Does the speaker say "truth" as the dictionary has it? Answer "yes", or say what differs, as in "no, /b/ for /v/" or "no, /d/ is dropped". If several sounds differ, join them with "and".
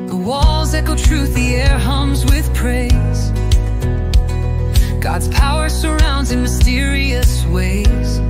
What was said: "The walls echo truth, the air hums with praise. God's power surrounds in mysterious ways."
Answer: yes